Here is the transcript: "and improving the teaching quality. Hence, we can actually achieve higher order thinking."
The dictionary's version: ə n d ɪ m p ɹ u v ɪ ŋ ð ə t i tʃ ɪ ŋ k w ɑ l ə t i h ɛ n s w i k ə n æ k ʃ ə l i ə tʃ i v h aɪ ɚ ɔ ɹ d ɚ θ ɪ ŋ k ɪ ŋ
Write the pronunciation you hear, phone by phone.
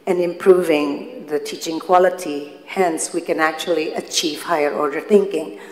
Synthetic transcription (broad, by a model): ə n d ɪ m p ɹ u v ɪ ŋ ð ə t i tʃ ɪ ŋ k w ɑ l ə t i h ɛ n s w i k ə n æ k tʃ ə l i ə tʃ i v h aɪ ɚ ɔ ɹ d ɚ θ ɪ ŋ k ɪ ŋ